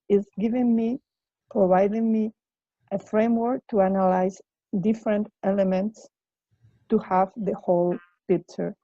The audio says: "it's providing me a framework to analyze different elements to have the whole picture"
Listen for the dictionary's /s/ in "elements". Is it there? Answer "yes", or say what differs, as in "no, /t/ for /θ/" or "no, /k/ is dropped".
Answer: yes